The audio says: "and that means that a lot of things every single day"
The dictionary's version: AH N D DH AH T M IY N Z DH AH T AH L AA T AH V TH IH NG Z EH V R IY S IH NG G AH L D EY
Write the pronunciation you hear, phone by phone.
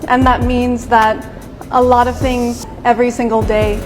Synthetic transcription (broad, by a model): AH N DH AH T M IY N Z DH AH T AH L AA T AH V TH IH NG Z EH V R IY S IH NG G L D EY